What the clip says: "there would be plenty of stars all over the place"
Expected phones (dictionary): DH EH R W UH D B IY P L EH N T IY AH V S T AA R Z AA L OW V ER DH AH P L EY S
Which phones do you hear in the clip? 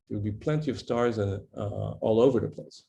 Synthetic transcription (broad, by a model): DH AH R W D B IY P L EH N T IY AH V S T AA R Z AA L OW V ER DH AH P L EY S